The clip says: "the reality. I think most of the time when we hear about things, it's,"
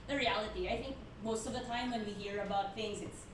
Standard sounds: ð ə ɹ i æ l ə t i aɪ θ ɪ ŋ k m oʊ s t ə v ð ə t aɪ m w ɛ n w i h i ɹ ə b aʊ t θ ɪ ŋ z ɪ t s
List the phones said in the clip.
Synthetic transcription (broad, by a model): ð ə ɹ i æ l ə t i aɪ θ ɪ ŋ k m oʊ s t ə v ð ə t aɪ m w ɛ n w i h i ɹ ə b aʊ t θ ɪ ŋ z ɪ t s